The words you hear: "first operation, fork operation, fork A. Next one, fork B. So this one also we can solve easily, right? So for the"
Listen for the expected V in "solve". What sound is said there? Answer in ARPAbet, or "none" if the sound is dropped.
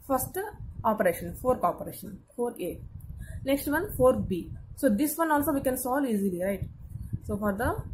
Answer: none